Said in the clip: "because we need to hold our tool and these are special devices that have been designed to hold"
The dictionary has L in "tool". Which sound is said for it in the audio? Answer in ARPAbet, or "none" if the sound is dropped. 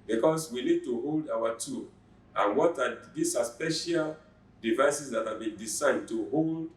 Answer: W